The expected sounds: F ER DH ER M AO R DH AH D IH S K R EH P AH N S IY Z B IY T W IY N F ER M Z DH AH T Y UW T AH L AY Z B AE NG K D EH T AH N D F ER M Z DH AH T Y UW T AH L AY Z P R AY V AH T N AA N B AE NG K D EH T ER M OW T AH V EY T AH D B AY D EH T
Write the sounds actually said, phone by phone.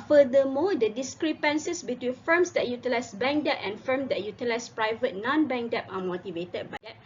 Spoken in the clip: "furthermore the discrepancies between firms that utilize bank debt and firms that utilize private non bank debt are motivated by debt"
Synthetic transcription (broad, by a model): F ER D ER M AO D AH D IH S K R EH P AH N S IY S B IY T W IY N F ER M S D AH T Y UW T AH L AY S B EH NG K D EH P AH N F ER M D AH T Y UW T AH L AY S P R AY V AH T N AA N B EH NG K D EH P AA M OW T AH V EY T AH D B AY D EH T